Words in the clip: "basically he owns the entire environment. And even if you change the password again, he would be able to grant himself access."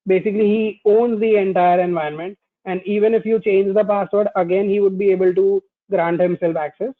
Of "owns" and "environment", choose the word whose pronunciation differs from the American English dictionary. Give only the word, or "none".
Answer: environment